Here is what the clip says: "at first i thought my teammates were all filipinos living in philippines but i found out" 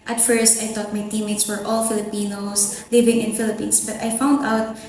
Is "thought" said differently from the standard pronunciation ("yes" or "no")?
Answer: yes